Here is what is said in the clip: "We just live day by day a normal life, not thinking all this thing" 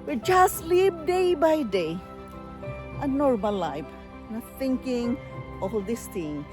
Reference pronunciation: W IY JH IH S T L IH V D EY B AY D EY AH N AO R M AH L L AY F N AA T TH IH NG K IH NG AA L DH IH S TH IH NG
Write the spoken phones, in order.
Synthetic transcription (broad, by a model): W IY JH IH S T L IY P D EY B AY D EY AH N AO R M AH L L AY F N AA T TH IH NG K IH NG AA L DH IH S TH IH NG